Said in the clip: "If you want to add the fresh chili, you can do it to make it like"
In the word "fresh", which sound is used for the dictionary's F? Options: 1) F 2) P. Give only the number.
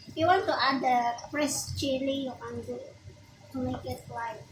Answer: 2